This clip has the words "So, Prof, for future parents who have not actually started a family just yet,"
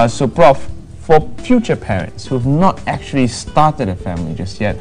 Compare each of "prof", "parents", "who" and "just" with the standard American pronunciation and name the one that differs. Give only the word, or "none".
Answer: none